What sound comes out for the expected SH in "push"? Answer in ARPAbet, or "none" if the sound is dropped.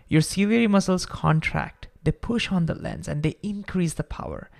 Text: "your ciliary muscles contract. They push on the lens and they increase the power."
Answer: SH